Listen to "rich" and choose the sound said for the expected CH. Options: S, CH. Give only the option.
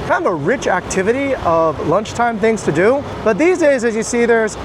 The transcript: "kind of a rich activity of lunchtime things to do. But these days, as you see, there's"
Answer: CH